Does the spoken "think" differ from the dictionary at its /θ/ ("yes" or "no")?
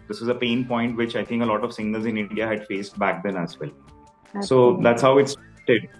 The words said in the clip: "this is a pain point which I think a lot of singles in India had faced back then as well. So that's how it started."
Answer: yes